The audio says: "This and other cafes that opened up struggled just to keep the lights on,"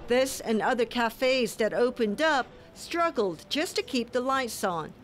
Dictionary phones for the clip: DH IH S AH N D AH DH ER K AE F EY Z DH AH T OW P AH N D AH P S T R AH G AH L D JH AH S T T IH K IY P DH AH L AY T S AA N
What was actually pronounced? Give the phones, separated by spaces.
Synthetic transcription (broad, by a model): DH IH S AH N AH DH ER K AE F EY Z DH AH T OW P AH N D AH P S T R AH G L D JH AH S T T IH K IY P DH AH L AY T S N